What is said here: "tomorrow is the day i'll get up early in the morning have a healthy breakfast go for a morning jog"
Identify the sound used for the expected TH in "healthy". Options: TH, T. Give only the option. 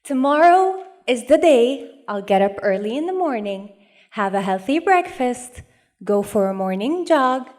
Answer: TH